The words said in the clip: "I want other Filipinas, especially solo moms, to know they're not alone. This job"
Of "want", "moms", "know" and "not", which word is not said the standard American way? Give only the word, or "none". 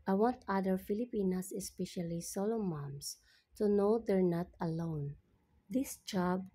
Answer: moms